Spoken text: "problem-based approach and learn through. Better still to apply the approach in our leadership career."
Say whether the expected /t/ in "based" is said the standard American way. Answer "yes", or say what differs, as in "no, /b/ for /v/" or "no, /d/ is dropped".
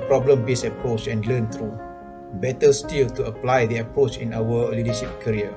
no, /t/ is dropped